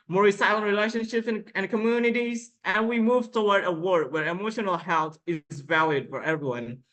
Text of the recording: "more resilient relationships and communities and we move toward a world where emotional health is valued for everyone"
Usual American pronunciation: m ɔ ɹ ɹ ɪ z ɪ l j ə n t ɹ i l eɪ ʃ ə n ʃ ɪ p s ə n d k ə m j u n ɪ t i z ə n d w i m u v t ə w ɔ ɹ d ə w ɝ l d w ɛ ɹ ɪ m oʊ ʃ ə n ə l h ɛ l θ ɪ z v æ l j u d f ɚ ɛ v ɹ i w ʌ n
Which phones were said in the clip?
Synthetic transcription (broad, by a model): m ɔ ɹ ɹ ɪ s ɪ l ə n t ɹ i l eɪ ʃ ə n ʃ ɪ p s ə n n k ə m j u n ɪ t i z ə n w i m u v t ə w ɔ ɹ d ə w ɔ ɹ d w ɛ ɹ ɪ m oʊ ʃ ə n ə l h ɛ l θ ɪ z v æ l j u d f ɚ ɛ v ɹ i w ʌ n